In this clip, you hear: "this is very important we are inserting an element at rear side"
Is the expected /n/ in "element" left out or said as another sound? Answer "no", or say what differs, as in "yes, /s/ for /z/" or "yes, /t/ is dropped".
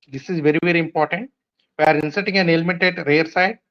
yes, /n/ is dropped